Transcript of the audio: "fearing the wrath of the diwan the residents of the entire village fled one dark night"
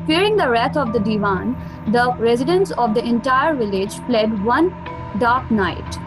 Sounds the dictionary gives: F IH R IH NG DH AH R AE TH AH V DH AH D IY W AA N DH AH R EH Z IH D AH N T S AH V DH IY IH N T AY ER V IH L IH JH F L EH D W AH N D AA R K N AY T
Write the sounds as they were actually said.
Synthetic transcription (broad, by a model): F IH R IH NG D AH R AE T AH V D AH D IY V AA N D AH R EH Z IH D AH N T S AH V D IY IH N T AY ER V IH L IH JH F L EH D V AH N D AA R K N AY T